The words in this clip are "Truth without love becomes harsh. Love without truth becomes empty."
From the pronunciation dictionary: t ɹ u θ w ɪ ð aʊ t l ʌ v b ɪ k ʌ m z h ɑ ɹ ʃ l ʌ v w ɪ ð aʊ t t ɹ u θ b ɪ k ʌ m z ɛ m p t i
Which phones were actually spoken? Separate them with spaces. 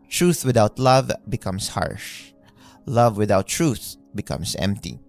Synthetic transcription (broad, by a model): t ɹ u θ w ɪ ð aʊ t l ʌ v b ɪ k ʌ m s h ɑ ɹ ʃ l ʌ v w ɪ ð aʊ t t ɹ u θ b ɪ k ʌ m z ɛ m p t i